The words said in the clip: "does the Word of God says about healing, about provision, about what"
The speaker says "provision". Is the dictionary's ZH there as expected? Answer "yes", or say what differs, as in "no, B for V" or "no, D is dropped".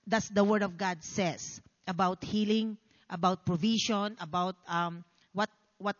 no, SH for ZH